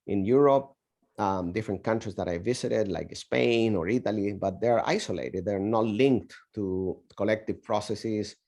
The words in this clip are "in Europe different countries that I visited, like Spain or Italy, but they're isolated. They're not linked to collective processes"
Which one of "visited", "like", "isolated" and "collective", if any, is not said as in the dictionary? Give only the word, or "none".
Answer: visited